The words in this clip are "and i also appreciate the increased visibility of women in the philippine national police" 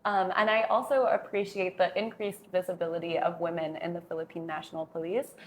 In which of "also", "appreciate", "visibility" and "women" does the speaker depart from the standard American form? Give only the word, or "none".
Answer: none